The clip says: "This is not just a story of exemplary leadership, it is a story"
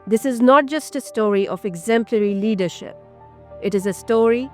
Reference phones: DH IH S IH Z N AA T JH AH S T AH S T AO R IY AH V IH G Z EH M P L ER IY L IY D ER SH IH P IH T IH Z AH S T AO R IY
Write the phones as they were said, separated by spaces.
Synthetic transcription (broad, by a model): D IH S IH Z N AA T JH AH S T AH S T AO R IY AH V IH G Z EH M P L ER IY L IY D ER SH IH P IH T IH Z AH S T AO R IY